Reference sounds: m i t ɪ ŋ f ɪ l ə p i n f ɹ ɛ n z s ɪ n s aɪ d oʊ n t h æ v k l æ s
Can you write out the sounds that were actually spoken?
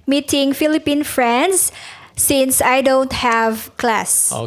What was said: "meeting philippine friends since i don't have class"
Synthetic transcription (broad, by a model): m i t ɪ ŋ f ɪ l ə p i n f ɹ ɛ n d s ɪ n s aɪ d oʊ n t h æ v k l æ s